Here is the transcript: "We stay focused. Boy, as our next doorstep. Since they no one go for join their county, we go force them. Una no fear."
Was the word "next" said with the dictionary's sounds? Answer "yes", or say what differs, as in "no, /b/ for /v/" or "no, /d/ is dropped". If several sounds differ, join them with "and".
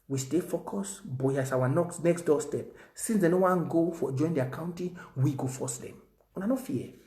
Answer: yes